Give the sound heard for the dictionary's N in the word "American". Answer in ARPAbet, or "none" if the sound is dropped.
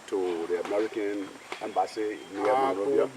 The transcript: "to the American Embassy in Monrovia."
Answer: N